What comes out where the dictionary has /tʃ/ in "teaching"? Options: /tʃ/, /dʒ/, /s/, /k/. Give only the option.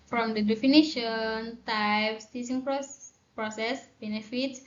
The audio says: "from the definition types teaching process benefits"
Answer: /s/